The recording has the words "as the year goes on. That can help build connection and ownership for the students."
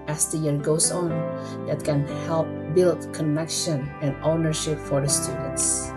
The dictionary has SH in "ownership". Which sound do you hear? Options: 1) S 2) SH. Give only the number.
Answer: 2